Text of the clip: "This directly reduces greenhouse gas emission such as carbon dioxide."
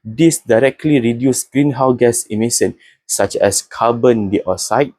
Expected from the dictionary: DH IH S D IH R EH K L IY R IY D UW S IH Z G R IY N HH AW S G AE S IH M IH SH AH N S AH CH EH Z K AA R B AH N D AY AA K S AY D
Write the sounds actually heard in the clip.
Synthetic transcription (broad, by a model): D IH S D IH R EH K L IY R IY D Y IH S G R IY N HH AW G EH S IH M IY S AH N S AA CH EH S K AA B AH N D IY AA S AY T